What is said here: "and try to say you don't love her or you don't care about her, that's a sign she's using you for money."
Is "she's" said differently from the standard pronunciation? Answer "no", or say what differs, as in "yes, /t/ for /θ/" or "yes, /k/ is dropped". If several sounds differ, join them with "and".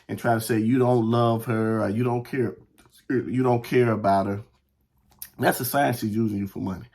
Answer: no